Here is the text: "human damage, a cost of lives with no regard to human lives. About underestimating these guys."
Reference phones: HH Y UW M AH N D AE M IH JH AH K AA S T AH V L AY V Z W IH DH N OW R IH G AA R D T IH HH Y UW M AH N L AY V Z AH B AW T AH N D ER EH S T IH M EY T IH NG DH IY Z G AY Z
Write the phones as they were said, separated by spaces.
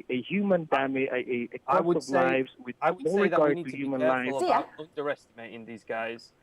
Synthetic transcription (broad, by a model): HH Y UW M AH N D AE M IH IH AH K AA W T AH V L AY V Z W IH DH N OW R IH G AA R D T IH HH Y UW M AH N L AY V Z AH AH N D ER EH S T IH M EY T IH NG DH IY Z G AY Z